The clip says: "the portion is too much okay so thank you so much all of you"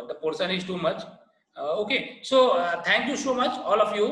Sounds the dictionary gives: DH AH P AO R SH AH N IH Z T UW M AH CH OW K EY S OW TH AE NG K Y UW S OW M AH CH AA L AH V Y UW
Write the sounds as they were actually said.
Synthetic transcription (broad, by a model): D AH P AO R S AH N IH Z T UW M AH CH OW K EY S OW T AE NG K Y UW S OW M AH CH AA L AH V Y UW